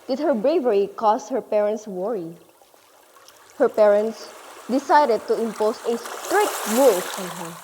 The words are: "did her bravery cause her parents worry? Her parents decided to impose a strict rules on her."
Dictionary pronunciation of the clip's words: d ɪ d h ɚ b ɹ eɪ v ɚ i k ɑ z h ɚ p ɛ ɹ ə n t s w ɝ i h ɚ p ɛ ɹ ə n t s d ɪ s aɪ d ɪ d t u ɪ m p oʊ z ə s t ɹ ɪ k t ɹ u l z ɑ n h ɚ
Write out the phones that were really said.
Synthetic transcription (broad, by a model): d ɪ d h ɚ b ɹ eɪ v ɚ i k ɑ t h ɚ p ɛ ɹ ə n t s w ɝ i h ɚ p ɛ ɹ ə n t s d ɪ s aɪ d ɪ d t u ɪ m p oʊ s ə s t ɹ ɪ k t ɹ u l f ɑ n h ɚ